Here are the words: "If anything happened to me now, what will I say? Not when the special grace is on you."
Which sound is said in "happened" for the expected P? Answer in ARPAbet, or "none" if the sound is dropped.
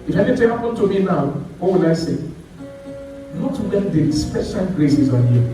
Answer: none